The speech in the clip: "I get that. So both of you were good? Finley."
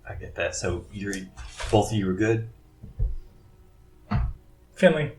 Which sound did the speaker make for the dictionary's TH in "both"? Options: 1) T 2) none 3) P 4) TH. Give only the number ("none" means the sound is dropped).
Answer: 4